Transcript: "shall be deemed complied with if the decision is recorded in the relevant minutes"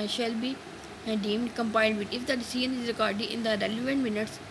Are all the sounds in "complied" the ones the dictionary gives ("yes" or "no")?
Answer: no